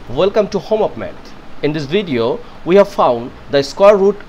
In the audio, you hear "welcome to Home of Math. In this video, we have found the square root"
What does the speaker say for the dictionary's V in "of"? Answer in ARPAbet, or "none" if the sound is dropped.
P